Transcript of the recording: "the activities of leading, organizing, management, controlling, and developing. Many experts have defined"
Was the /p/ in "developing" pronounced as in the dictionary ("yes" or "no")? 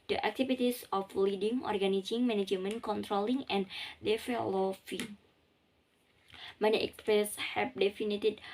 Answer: no